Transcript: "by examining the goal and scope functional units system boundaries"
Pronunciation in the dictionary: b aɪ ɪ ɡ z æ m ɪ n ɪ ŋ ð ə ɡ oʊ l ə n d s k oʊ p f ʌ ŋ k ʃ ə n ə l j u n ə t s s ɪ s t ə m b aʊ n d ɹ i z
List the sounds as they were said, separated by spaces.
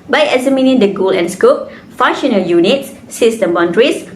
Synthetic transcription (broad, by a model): b aɪ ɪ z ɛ m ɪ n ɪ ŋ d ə ɡ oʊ l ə n s k oʊ p f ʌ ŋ ʃ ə n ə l j u n ə t s s ɪ s t ə m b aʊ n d ɹ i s